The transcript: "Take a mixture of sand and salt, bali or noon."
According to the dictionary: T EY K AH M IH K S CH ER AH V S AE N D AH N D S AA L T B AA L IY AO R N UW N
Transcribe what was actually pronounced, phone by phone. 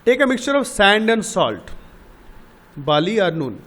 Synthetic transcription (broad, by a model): T EY K AH M IH K S CH ER AH V S AE N D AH N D S AA L T B AA L IY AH R N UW N